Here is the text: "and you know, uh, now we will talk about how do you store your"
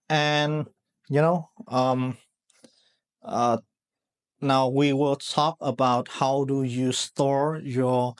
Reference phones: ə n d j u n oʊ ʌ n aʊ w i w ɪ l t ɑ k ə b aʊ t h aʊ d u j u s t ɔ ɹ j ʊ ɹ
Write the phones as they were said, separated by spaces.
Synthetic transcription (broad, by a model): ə n j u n oʊ ʌ n aʊ w i w ɪ l t ɑ k ə b aʊ t h aʊ d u j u s t ɔ ɹ j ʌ ɹ